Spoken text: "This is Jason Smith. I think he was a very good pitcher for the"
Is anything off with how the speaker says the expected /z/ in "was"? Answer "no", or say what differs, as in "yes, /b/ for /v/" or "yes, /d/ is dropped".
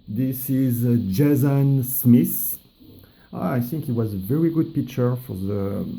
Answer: no